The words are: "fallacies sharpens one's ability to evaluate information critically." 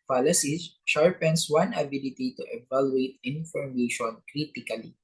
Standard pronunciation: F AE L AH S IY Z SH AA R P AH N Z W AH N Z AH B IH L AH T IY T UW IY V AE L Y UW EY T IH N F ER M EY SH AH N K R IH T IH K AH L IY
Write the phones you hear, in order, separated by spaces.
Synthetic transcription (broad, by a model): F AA L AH S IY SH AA R P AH N S W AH N AH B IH L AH T IY T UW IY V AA L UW EY T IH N F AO M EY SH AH N K R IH T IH K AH L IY